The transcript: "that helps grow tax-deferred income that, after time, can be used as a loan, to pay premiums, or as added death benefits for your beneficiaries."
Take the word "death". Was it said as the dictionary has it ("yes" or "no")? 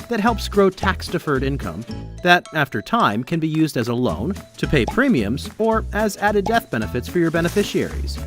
yes